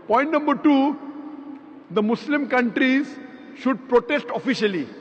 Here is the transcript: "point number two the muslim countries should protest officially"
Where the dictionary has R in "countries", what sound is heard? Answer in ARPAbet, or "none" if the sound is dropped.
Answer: R